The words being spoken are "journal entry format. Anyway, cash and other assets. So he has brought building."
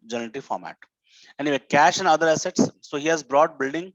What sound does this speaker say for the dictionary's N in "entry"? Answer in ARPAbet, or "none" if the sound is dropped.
none